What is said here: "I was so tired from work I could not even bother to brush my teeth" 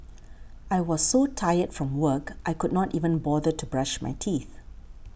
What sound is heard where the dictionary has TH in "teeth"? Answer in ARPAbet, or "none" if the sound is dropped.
TH